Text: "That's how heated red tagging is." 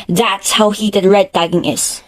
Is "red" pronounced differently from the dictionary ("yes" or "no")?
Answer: no